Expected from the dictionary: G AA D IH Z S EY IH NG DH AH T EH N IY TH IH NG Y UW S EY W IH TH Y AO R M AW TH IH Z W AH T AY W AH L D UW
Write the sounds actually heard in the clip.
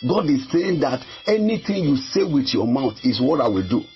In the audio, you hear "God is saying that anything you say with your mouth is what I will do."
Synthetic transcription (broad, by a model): G AA D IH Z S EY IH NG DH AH T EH N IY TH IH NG Y UW S EY W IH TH Y AO M AW T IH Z W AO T AY W AH L D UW